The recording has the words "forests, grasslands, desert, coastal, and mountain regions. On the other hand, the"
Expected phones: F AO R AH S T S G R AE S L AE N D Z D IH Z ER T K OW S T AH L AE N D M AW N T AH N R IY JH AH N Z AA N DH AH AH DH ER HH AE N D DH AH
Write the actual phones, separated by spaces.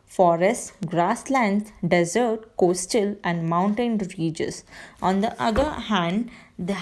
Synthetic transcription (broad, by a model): F AO R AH S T G R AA S L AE N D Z D IH Z ER T K OW S T AH L AE N D M AW N T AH N R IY JH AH Z AA N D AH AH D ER HH AE N D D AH